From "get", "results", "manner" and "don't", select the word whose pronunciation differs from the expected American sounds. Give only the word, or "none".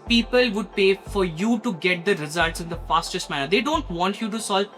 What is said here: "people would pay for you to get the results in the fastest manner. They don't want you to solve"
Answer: none